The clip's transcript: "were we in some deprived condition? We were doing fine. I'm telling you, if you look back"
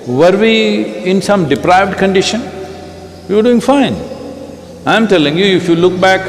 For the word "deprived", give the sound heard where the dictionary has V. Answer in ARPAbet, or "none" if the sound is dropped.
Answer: V